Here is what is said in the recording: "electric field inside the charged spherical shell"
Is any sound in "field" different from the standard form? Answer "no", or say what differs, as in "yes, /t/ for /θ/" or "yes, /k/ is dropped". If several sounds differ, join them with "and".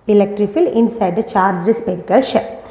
yes, /d/ is dropped